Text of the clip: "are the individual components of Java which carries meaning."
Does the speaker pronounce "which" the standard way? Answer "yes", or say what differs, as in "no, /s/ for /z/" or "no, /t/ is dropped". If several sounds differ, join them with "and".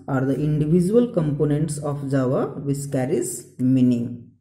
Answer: no, /s/ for /tʃ/